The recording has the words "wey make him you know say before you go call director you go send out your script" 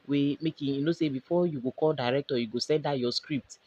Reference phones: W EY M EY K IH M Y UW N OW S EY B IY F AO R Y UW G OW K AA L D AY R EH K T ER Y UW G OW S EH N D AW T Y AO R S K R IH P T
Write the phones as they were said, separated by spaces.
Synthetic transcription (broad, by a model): W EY M EY K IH Y UW N OW S EY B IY F AO Y UW G OW K AA L D AY R EH K T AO Y UW G OW S EH N D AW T Y AO S K R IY P T